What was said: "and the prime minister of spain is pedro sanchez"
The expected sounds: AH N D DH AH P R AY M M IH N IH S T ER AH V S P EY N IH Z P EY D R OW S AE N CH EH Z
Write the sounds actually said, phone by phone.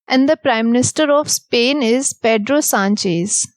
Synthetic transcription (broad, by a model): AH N D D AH P R AY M M IH N IH S T ER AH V S P EY N IH Z P EY D R OW S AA N CH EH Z